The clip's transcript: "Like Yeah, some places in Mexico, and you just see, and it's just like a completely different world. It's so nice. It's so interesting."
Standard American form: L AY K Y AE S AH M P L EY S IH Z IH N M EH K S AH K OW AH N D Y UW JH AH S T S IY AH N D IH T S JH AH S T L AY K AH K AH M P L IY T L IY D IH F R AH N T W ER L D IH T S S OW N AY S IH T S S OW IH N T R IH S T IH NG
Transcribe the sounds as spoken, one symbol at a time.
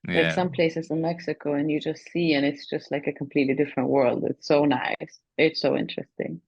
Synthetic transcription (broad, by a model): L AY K S AH M P L EY S IH Z IH N M EH K S AH K OW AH N Y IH JH AH S T S IY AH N IH T S JH AH S T L AY K AH K AH M P L IY T L IY D IH F R AH N T W ER L D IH T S S OW N AY S IH T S S OW IH N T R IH S T IH NG